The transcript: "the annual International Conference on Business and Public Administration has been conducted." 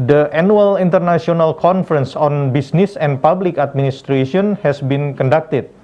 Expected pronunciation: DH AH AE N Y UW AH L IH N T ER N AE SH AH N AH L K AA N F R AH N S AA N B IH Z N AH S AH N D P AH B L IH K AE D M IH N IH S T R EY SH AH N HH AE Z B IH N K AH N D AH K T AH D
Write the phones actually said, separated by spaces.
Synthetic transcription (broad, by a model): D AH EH N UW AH L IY N T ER N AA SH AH N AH L K AA N F R AH N S AA N B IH S N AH S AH N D P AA B L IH K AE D M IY N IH S T R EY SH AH N HH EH S B IH N K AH N D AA K T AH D